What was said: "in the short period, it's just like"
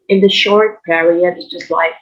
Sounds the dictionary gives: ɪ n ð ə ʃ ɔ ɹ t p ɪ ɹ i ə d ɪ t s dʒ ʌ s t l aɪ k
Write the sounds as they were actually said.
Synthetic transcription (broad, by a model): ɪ n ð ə ʃ ɔ ɹ t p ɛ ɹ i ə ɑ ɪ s dʒ ʌ s t l aɪ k